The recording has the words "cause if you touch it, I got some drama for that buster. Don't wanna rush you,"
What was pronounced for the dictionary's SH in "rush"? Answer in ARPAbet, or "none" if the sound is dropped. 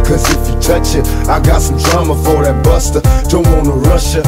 SH